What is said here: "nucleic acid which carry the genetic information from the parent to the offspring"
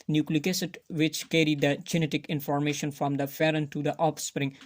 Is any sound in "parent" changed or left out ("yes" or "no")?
yes